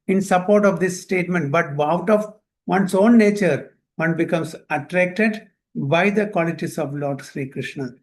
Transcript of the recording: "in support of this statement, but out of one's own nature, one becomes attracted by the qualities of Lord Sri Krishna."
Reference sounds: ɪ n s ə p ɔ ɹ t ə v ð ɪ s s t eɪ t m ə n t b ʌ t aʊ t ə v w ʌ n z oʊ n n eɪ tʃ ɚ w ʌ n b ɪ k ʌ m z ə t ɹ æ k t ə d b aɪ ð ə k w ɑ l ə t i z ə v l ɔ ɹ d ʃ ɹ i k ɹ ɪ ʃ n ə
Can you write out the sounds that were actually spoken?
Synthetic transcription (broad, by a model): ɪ n s ə p ɔ ɹ t ə v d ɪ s s t eɪ t m ə n t b ʌ t aʊ t ə v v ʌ n s oʊ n n eɪ tʃ ɚ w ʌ n b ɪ k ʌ m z ə t ɹ æ k t ə d b aɪ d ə k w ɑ l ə t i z ə v l ɔ ɹ d ʃ ɹ i k ɹ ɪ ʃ n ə